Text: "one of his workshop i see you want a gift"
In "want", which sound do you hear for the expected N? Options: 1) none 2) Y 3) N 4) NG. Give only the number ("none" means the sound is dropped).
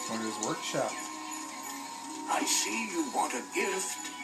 3